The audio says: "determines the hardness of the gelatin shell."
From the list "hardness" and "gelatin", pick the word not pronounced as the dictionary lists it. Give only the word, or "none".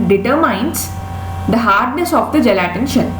none